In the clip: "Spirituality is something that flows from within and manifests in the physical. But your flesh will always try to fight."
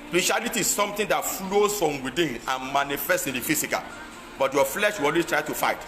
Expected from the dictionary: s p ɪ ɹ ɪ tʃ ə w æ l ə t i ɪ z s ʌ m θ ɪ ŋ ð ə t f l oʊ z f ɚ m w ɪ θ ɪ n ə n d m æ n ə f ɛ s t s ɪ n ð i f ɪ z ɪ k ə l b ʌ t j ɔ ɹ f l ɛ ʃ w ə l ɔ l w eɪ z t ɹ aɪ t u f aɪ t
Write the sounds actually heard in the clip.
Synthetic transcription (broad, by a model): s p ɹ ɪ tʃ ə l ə t i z s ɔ m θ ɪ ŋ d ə t f l oʊ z f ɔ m w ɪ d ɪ n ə n m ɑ n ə f ɛ s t ɪ n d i f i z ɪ k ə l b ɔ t j ɔ f l ɛ ʃ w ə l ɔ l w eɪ s t ɹ aɪ t u f aɪ t